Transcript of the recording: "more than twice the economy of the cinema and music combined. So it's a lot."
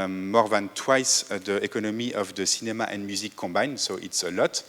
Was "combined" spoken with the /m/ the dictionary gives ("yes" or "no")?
no